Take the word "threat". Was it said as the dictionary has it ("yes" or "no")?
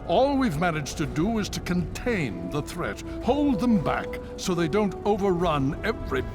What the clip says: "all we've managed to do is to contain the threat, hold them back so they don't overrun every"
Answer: yes